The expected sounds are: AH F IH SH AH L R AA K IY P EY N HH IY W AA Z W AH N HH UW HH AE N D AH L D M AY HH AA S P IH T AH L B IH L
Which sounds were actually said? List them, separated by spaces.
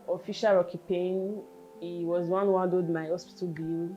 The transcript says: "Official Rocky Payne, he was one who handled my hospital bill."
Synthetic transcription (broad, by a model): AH F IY SH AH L R AA K IY P EY N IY W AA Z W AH N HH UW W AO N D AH D M AY HH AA S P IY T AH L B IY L